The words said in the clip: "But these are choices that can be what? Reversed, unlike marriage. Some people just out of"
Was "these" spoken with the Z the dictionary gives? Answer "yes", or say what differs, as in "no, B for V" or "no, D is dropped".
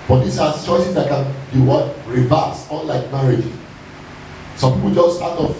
no, S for Z